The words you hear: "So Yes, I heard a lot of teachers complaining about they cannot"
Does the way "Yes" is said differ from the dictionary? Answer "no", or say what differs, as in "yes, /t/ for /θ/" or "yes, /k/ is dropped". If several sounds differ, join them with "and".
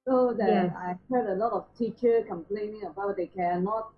yes, /s/ is dropped